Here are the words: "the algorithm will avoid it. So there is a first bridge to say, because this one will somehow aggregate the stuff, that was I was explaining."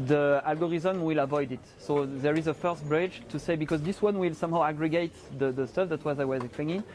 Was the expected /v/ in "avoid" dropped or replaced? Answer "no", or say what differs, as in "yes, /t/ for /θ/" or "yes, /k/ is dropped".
no